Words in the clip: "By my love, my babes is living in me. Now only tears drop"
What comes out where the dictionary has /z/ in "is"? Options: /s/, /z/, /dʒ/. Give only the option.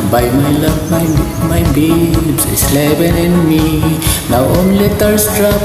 /s/